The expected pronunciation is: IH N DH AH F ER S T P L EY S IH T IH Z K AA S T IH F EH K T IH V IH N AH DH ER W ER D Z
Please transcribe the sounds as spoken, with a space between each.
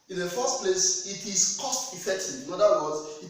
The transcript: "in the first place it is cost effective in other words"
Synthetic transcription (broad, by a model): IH N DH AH F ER S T P L EY S IH T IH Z K AA S T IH F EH K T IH IH N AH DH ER W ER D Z